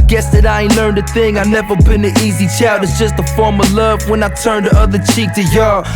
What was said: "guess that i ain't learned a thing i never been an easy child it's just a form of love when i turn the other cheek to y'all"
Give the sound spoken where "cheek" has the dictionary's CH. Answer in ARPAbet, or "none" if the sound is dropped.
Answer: CH